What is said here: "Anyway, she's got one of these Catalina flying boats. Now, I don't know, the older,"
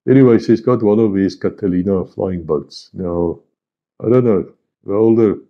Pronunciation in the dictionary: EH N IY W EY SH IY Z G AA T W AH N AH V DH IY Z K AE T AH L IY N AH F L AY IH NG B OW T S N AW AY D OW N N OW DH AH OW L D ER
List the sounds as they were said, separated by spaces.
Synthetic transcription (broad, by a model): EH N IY W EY S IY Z G AA T W AH N AH V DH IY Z K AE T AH L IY N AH F L AY IH NG B OW T S N AW AY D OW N N OW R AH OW L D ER